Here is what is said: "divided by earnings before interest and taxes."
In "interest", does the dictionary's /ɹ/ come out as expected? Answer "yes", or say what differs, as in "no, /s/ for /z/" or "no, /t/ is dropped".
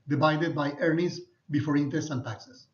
no, /ɹ/ is dropped